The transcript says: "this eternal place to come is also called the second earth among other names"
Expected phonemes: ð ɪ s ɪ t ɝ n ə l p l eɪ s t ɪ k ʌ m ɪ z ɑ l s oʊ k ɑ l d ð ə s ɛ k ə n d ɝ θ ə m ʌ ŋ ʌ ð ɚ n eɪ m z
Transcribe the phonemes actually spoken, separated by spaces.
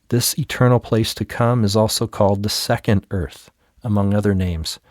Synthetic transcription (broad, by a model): ð ɪ s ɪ t ɝ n l p l eɪ s t ɪ k ʌ m ɪ z ɑ l s oʊ k ɑ l d ð ə s ɛ k ə n d ɝ θ ə m ʌ ŋ ʌ ð ɚ n eɪ m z